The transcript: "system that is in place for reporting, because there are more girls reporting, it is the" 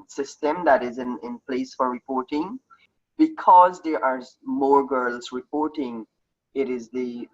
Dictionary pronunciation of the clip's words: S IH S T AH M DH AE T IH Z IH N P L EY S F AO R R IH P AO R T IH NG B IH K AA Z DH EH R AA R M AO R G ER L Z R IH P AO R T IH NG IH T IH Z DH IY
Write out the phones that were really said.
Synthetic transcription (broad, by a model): S IH S T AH M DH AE T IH Z IH N P L EY S F AO R R IH P AO R T IH NG B IH K AA Z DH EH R AA R M AO R G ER L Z R IH P AO R T IH NG IH T IH Z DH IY